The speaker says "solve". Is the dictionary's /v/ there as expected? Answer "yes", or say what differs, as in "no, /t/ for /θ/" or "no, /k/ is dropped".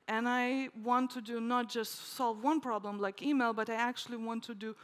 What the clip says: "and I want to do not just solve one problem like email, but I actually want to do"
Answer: yes